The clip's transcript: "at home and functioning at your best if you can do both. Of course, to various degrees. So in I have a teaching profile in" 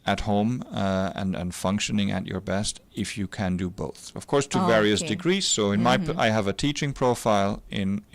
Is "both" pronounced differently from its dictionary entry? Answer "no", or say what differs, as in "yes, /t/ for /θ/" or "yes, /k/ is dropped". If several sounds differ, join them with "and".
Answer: no